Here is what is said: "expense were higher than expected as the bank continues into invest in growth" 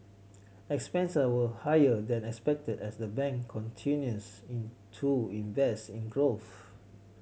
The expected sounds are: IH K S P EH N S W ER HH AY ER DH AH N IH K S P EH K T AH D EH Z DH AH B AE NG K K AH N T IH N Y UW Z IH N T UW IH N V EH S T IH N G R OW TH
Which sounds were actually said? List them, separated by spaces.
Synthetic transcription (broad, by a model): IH K S P EH N S W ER HH AY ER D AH N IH K S P EH K T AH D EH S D AH B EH NG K K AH N T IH N Y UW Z IH N T UW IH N V EH S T IH N G R OW TH